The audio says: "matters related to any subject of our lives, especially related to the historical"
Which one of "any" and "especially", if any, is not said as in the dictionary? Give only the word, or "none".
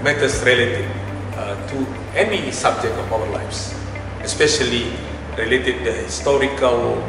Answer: none